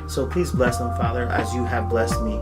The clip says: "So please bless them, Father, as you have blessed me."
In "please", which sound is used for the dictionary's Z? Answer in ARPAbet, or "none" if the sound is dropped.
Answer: Z